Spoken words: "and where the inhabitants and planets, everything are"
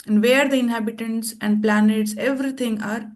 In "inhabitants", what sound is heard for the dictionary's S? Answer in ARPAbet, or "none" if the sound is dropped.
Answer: S